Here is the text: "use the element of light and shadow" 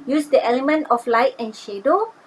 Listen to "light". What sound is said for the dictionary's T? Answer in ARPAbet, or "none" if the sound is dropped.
T